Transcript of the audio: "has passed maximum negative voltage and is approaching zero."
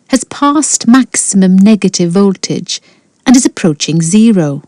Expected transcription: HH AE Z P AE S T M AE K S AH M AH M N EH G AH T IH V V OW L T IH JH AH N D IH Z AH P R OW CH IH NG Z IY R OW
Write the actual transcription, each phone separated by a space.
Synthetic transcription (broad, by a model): HH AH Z P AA S T M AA K S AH M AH M N EH G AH T IH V V OW L T IH JH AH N IH Z AH P R OW CH IH NG Z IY R OW